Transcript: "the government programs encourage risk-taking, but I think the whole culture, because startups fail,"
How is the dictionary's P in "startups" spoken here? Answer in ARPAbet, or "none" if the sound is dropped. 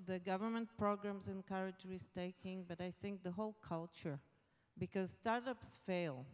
P